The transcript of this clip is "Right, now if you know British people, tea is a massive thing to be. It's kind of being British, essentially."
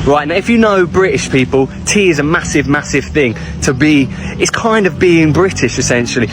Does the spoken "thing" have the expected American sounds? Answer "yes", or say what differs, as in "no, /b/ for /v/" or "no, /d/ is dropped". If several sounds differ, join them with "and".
yes